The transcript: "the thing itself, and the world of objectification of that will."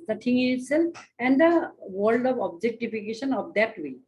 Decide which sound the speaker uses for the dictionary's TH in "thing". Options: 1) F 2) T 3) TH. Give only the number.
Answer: 2